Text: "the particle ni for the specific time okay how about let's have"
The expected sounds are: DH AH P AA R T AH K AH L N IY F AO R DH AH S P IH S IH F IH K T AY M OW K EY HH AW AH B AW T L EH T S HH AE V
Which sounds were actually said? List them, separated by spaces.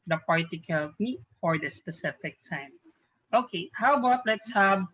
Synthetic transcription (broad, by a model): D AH P AA R T AH K AH L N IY F AO R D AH S P IH S IH F IH K T AY M OW K EY HH AW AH B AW T L EH T S HH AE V